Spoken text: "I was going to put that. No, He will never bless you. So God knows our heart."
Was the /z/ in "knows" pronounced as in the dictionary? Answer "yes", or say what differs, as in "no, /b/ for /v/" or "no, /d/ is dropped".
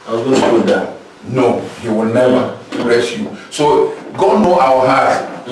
no, /z/ is dropped